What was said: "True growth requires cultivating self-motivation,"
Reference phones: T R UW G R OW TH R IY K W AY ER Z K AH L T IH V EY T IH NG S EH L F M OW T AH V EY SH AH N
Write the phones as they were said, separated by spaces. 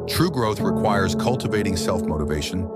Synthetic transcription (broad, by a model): T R UW G R OW TH R IY K W AY ER Z K AH L T IH V EY T IH NG S EH L F M OW T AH V EY SH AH N